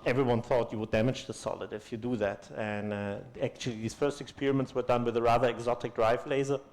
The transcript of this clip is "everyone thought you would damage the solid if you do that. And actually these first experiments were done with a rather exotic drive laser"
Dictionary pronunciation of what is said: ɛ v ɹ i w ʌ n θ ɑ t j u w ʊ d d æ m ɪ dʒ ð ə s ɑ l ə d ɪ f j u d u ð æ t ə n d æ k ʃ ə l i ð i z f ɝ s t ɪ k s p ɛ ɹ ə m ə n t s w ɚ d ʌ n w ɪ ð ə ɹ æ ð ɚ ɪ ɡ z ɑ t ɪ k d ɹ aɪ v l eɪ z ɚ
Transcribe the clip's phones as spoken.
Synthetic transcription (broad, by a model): ɛ v ɹ i w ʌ n θ ɑ t j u w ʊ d d æ m ɪ dʒ ð ə s ɑ l ə d ɪ f j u d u ð æ t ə n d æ k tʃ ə l i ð i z f ɝ s t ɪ k s p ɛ ɹ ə m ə n t s w ɚ d ʌ n w ɪ ð ə ɹ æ ð ɚ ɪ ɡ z ɑ t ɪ k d ɹ aɪ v l eɪ z ɚ